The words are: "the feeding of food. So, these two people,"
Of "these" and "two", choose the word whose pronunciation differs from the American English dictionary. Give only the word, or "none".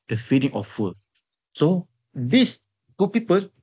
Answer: these